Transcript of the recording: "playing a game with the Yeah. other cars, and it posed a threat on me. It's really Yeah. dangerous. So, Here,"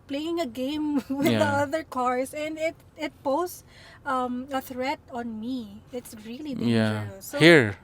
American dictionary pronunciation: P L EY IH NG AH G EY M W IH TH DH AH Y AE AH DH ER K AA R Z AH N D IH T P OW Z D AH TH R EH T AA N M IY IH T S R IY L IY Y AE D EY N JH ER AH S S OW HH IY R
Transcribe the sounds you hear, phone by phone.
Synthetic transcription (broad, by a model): P L EY IH NG AH G EY M W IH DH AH AH DH ER K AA R S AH N D IH T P OW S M AH TH R EH T AA N M IY IH T S R IY L IY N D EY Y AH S S OW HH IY R